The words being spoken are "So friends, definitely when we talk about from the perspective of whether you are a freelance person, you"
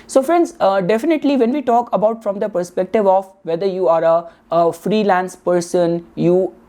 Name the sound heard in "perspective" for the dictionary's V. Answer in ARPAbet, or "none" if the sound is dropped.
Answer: V